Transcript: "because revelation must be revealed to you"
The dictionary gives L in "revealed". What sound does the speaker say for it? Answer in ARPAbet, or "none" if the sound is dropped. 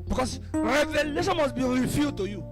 none